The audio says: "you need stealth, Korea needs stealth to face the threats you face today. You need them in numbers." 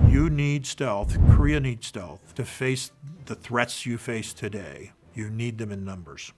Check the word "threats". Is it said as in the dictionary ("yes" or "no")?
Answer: yes